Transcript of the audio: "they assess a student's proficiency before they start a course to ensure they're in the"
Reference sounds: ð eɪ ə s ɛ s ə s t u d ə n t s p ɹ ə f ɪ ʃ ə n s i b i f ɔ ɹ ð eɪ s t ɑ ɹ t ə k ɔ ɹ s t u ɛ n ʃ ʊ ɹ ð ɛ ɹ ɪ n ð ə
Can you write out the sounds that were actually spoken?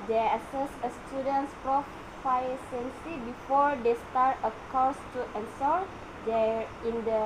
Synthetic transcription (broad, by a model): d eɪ ə s ɛ s ə s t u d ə n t s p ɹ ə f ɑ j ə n s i b i f ɔ ɹ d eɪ s t ɑ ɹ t ə k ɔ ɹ s t u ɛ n s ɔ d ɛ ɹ ɪ n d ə